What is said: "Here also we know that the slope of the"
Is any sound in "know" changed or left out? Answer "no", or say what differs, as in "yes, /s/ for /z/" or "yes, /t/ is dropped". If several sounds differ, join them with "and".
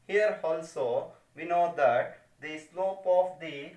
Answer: no